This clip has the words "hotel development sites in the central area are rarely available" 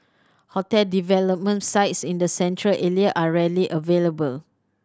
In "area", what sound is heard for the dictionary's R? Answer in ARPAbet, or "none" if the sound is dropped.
L